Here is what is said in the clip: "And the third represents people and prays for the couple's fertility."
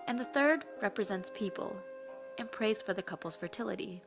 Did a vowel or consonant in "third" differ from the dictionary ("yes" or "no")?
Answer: no